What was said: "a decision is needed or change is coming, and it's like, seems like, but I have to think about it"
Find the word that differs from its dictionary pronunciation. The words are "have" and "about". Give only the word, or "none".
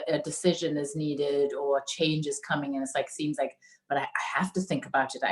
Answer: have